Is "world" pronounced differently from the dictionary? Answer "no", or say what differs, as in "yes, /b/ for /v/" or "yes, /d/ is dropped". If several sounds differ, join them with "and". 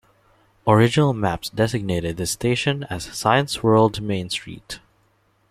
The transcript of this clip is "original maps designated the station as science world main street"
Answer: no